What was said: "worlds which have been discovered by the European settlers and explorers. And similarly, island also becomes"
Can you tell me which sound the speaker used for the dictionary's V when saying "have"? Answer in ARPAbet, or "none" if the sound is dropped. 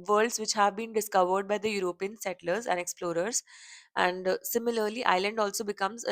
V